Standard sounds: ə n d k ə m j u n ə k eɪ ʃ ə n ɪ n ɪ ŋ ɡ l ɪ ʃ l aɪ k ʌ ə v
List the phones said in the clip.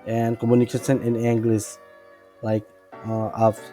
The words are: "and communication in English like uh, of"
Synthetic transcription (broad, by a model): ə n k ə m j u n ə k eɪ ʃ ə n ɪ n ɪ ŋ ɡ l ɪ s l aɪ k ʌ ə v